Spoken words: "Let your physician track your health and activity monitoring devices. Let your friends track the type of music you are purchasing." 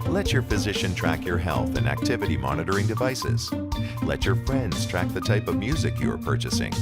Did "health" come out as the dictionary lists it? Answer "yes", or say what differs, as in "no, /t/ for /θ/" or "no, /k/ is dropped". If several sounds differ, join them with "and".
yes